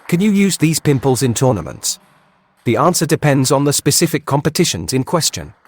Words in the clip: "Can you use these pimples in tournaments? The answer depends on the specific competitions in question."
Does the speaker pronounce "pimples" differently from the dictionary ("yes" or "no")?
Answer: no